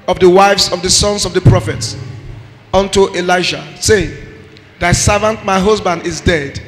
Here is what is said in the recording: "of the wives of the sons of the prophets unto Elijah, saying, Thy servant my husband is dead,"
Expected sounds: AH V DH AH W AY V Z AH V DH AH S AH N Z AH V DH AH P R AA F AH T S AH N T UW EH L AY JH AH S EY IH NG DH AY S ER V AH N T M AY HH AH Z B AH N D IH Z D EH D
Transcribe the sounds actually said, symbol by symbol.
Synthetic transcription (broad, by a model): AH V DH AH W AY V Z AH V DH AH S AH N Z AH V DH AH P R AA F AH T S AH N T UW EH L AY SH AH S EY IH NG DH AY S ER V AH N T M AY HH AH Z B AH N D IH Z D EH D